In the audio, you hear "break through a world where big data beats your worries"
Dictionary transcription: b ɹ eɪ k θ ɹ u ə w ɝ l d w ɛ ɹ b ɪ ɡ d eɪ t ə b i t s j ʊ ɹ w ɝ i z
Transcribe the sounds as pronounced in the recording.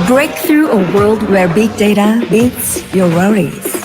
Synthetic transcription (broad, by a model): b ɹ eɪ k θ ɹ u ə w ɝ l d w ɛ ɹ b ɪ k d eɪ t ə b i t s j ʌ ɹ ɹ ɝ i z